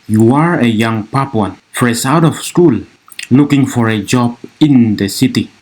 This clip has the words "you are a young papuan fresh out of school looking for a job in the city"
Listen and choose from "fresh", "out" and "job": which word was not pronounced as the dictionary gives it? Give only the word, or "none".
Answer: fresh